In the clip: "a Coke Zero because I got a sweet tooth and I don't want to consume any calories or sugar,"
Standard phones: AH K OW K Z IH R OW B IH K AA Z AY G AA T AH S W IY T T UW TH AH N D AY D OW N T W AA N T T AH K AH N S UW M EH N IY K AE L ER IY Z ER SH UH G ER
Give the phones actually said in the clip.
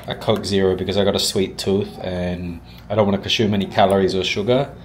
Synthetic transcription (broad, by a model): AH K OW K Z IH R OW B IH K AA Z AY G AA T AH S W IY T T UW TH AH N AY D OW N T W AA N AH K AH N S UW M EH N IY K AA L ER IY Z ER SH UH G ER